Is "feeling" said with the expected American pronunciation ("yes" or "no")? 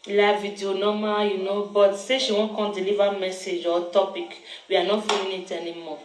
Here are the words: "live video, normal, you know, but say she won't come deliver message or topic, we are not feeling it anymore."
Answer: no